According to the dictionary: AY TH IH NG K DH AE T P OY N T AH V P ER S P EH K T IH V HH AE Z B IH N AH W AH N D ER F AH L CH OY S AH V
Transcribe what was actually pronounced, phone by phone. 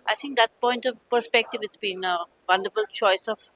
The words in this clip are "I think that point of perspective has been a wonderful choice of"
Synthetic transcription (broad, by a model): AY T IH NG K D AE T P OY N T AH V P ER S P EH K T IH V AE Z B IH N AH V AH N D ER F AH L CH OY S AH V